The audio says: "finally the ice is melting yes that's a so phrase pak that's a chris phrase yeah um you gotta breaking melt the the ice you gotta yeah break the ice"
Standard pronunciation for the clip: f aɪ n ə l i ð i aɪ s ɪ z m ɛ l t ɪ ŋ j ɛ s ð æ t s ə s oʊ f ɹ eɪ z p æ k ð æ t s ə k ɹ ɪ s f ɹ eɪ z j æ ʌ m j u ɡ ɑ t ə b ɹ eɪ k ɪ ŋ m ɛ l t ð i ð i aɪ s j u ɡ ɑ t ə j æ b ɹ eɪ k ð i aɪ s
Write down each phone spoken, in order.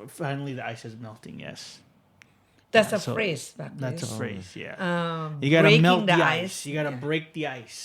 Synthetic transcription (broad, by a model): f aɪ n l i ð i aɪ s ɪ z m ɛ l t ɪ ŋ j ɛ s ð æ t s ə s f ɹ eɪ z b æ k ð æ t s ə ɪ f ɹ eɪ z j æ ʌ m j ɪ ɡ ɑ t ə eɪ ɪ m ɛ l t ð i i aɪ s j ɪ ɡ ɑ t ə b ɹ eɪ k ð i aɪ s